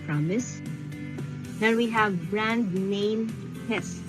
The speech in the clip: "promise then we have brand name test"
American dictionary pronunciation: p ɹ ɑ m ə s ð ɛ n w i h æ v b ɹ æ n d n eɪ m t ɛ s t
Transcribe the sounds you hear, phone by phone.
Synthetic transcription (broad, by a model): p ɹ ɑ m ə s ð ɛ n w i h æ v b ɹ æ n d n eɪ m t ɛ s